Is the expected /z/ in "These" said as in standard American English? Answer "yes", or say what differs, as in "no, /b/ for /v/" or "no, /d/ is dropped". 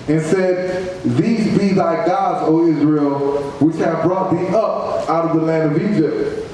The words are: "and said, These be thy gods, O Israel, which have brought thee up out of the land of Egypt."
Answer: yes